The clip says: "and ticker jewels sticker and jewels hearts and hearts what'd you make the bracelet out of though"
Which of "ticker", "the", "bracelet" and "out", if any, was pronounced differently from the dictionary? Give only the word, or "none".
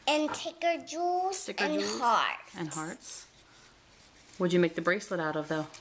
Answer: none